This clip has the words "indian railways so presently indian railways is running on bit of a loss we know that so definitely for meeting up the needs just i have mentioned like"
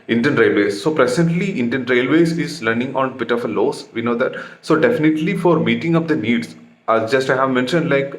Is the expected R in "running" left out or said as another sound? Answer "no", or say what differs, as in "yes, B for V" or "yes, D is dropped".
yes, L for R